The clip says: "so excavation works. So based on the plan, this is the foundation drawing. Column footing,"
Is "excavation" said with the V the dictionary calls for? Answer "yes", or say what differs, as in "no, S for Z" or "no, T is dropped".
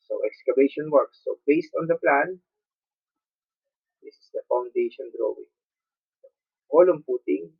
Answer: no, B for V